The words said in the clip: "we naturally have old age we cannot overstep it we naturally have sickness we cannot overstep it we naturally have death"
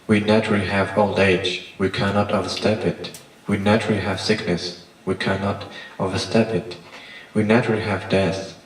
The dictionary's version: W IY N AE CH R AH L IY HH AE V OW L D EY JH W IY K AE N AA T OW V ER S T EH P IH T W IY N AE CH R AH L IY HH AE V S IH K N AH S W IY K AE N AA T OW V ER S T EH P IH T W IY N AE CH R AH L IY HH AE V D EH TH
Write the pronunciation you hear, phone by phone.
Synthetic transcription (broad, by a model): W IY N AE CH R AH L IY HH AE V OW L D EY JH W IY K AE N AA T OW V ER S T EH P IH T W IY N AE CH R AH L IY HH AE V S IH K N AH S W IY K AE N AA T OW V ER S T EH P IH T W IY N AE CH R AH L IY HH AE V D EH TH